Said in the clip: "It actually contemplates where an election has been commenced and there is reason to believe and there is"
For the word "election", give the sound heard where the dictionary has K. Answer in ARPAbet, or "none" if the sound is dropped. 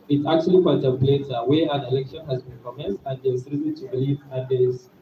K